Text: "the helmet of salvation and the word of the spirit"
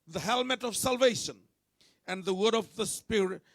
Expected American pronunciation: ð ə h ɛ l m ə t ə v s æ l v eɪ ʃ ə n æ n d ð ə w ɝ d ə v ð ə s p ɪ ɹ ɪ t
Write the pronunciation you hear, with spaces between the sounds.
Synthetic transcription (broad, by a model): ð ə h ɛ l m ə t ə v s æ l v eɪ ʃ ə n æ n d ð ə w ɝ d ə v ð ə s p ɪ ɹ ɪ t